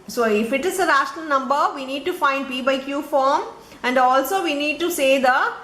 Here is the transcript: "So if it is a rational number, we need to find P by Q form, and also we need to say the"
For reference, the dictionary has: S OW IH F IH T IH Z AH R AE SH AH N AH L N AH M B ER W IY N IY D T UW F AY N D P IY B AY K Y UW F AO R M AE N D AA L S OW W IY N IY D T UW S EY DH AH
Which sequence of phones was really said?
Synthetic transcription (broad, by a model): S OW IH F IH T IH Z AH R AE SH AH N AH L N AH M B ER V IY N IY D T UW F AY N D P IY B AY K Y UW F AO R M AE N D AA L S OW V IY N IY D T UW S EY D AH